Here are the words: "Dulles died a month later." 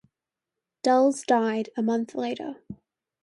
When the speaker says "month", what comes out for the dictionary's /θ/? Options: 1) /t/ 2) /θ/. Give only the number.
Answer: 2